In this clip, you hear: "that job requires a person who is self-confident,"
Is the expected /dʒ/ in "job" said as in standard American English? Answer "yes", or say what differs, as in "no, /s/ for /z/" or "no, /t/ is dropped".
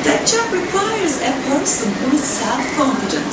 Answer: no, /tʃ/ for /dʒ/